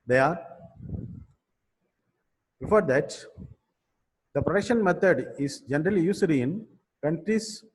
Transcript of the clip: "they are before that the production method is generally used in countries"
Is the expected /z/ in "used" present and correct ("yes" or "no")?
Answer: no